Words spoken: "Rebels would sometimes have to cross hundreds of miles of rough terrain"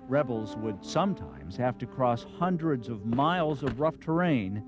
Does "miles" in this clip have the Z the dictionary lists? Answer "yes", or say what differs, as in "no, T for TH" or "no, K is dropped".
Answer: yes